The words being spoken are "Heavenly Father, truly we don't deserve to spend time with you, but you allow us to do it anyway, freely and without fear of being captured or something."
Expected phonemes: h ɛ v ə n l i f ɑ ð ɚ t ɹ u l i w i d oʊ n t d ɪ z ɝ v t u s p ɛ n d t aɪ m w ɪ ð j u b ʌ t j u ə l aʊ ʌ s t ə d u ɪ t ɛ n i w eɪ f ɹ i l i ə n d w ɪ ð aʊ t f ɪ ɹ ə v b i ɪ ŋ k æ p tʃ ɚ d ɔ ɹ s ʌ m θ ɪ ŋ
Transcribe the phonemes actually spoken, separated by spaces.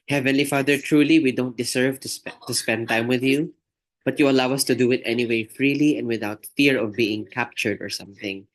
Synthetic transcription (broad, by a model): h ɛ v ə n l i f ɑ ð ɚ t ɹ u l i w i d oʊ n t d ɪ s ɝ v t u s p ɛ n d t aɪ m w ɪ ð j u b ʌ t j u ə l aʊ ʌ s t ə d u ɪ t ɛ n i w eɪ f ɹ i l i ə n d w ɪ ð aʊ t f ɪ ɹ ə v b i ɪ ŋ k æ p tʃ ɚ d ɔ ɹ s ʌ m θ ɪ ŋ